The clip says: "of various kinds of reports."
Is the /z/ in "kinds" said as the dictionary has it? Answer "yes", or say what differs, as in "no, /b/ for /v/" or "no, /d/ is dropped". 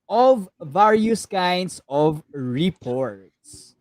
no, /s/ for /z/